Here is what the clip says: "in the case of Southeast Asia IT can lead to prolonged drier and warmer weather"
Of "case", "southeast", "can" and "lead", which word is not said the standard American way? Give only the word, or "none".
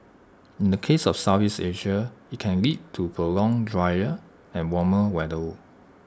southeast